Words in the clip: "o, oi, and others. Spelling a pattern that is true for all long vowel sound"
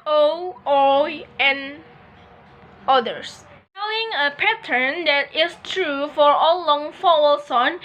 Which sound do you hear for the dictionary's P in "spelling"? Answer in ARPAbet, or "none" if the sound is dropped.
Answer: none